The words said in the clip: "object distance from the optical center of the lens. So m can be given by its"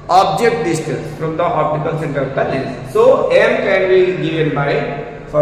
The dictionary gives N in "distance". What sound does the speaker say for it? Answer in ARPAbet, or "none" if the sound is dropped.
none